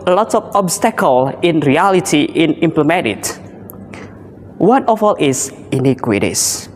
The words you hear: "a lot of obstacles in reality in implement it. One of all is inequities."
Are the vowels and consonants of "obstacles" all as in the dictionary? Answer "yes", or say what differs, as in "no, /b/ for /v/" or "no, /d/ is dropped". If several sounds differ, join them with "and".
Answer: no, /z/ is dropped